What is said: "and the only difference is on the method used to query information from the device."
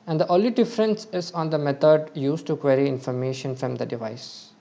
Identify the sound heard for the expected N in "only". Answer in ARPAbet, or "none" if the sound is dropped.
none